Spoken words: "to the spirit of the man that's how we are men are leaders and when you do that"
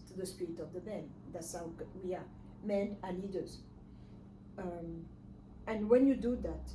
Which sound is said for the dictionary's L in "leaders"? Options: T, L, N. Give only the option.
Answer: N